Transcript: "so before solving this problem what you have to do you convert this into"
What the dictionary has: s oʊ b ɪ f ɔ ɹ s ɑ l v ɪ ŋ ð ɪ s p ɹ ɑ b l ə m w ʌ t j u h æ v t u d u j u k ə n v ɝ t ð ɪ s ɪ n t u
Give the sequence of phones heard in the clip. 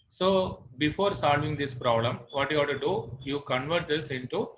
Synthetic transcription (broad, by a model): s oʊ b ɪ f ɔ ɹ s ɑ l v ɪ ŋ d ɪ s p ɹ ɑ b l ə m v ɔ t j u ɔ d t u d u j u k ə n v ɝ t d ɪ s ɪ n t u